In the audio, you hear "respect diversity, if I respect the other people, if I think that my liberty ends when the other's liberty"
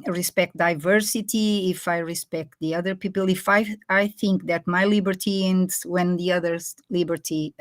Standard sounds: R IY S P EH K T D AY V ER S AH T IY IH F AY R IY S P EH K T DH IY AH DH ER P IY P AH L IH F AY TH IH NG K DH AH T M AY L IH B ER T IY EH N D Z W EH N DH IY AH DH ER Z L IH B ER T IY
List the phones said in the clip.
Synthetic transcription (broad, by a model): R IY S P EH K T D AY V ER S AH T IY IH F AY R IY S P EH K T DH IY AH DH ER P IY P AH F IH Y AY TH IH NG K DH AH T M AY L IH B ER T IY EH N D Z W EH N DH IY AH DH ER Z L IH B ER T IY